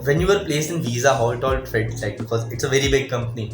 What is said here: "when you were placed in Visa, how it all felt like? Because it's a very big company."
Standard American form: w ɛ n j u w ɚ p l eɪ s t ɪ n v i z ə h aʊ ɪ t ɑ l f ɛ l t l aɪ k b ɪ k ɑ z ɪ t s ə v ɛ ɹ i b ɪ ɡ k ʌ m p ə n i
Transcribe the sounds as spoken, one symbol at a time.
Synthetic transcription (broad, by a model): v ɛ n j u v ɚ p l eɪ s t ɪ n v i z ə h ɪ t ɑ l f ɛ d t l aɪ k b ɪ k ɑ z ɪ t s ə v ɛ ɹ i b ɪ ɡ k ʌ m p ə n i